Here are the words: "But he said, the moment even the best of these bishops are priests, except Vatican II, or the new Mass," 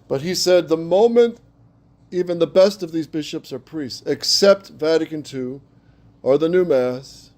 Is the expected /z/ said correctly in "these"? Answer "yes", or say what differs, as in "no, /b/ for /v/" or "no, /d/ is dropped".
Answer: yes